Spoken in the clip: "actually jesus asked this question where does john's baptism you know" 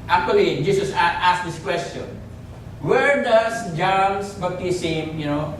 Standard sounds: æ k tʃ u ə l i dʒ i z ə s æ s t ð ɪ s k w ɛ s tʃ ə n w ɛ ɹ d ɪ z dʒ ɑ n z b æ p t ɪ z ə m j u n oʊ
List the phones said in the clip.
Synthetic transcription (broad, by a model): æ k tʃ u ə l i dʒ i s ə s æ s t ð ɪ s k w ɛ s tʃ ə n w ɛ ɹ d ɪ s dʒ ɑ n s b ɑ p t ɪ s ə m j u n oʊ